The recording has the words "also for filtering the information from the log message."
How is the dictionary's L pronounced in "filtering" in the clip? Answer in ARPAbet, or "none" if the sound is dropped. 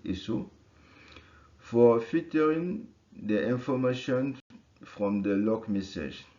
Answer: none